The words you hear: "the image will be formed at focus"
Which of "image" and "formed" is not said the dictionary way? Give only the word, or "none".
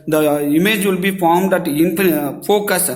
none